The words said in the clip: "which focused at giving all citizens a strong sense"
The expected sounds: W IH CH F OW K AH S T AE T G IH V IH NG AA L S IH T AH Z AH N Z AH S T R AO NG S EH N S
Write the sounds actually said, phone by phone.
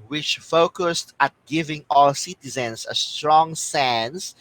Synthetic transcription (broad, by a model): W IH CH F OW K AH S T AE T G IH V IH NG AA L S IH T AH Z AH N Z AH S T R AO NG S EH N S